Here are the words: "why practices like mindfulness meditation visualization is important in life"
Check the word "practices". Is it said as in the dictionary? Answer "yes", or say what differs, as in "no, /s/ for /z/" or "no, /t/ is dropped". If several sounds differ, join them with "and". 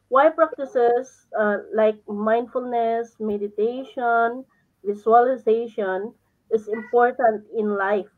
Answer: no, /s/ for /z/